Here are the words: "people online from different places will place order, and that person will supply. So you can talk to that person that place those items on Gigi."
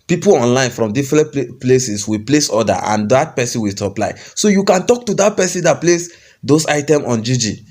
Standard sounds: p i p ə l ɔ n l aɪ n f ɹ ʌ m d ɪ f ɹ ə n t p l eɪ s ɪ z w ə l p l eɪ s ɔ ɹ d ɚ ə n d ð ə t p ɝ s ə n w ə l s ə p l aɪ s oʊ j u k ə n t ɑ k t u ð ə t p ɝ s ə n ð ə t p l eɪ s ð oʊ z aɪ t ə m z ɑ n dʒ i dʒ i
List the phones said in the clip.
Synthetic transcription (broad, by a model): p i p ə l ɔ n l aɪ n f ɹ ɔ m d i f ɹ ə n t p l eɪ s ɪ s w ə p l eɪ s ɔ d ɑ ə n d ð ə t p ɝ s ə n w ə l s ə p l aɪ s oʊ j u k ə n t ɑ k t u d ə t p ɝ s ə n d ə t p l eɪ s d oʊ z aɪ t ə m ɑ n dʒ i dʒ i